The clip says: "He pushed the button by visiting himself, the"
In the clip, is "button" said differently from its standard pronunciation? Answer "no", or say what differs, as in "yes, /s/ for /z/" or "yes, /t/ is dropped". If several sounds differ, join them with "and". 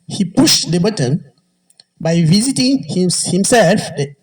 no